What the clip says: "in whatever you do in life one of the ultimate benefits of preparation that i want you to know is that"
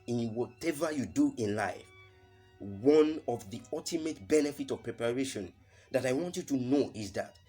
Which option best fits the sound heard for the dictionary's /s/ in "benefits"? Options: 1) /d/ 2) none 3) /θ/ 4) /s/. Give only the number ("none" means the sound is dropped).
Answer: 2